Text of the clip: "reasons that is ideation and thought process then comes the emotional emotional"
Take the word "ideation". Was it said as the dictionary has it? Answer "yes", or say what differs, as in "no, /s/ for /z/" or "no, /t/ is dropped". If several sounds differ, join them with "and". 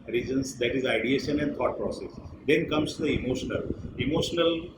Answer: yes